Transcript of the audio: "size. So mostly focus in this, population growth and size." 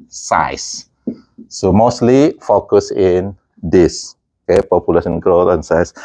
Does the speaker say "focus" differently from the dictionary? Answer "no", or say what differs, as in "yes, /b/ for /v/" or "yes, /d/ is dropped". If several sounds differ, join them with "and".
no